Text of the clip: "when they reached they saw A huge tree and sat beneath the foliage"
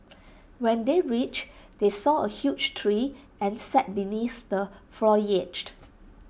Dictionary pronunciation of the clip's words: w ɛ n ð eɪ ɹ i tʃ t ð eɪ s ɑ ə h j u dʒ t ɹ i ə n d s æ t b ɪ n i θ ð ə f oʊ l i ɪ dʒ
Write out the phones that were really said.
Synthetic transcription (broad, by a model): w ɛ n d eɪ ɹ i tʃ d eɪ s ɑ ə h j u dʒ t ɹ i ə n s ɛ t b ɪ n i θ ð ə f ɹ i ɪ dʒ